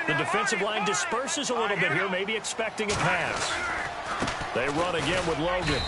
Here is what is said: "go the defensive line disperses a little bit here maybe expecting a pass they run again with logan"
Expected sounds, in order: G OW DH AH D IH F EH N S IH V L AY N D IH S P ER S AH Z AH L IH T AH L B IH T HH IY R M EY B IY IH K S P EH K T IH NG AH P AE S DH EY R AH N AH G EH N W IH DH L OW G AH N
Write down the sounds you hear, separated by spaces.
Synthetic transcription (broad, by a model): DH AH D IH F EH N S IH V L AY N D IH S P ER S AH Z AH L IH T L B IH T HH IY R M EY B IY IH K S P EH K T IH NG AH P AE S DH EY R AH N AH G EH N W IH DH L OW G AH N